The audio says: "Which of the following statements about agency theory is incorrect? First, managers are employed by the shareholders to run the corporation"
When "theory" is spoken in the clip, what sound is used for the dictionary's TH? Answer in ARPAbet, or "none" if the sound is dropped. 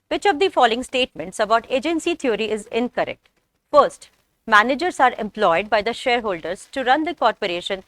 T